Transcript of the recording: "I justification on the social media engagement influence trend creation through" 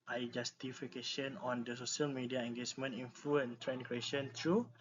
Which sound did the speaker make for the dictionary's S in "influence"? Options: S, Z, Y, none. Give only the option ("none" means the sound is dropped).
none